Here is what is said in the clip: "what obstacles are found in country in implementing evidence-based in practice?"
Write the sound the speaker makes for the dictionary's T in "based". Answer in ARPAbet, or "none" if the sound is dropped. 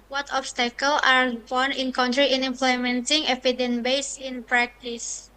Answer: none